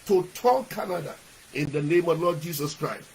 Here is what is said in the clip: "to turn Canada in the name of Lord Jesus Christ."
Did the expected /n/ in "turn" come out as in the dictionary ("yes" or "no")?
no